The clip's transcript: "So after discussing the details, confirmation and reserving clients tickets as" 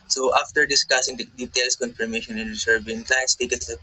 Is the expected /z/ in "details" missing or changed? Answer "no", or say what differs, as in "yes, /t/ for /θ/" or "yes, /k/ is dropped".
yes, /s/ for /z/